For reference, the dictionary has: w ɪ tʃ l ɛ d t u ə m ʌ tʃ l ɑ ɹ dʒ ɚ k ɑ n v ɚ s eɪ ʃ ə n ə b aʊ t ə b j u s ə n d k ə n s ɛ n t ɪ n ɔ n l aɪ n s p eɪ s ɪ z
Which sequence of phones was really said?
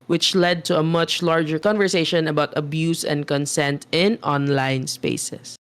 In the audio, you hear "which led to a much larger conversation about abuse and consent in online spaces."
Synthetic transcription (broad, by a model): w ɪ tʃ l ɛ d t u ə m ʌ tʃ l ɑ ɹ dʒ ɚ k ɑ n v ɚ s eɪ ʃ ə n ə b aʊ t ə b j u s ə n d k ə n s ɛ n t ɪ n ɔ n l aɪ n s p eɪ s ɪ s